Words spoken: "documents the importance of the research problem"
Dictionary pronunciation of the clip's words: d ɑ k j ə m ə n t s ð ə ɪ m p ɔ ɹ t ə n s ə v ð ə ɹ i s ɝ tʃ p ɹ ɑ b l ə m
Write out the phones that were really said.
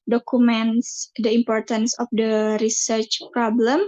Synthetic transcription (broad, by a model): d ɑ k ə m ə n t s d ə ɪ m p ɔ ɹ t ə n s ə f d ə ɹ i s ɝ tʃ p ɹ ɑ b l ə m